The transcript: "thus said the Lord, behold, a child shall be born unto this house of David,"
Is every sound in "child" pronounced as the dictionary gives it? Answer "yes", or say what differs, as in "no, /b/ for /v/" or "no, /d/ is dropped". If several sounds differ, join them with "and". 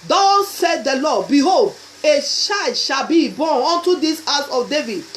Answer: no, /ʃ/ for /tʃ/ and /l/ is dropped